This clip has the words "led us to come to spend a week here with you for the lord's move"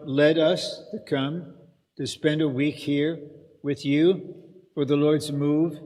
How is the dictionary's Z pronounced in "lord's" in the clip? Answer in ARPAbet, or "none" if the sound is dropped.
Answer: Z